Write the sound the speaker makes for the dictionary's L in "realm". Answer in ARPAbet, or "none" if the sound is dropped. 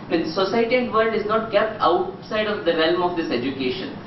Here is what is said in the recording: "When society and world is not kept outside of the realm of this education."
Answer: L